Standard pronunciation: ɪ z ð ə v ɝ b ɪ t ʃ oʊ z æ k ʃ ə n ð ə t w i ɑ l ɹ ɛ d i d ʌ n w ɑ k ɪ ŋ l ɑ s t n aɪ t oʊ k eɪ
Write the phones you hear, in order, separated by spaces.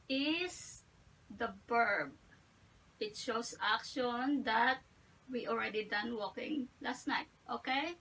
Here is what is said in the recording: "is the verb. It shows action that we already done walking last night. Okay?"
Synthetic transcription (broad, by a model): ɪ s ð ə b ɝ b ɪ t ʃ oʊ s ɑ k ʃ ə n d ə t w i ɑ l ɹ ɛ d i d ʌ n w ɑ k ɪ ŋ l ɑ s t n aɪ t oʊ k eɪ